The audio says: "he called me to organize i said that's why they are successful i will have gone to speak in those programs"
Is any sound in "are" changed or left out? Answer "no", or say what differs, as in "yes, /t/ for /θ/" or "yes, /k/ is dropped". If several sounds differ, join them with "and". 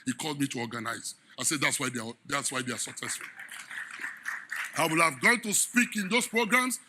yes, /w/ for /ɹ/